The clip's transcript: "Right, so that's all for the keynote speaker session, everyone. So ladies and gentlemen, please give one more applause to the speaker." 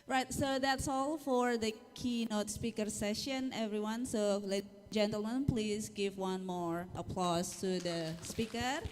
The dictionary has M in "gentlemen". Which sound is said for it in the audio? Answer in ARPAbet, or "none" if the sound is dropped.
M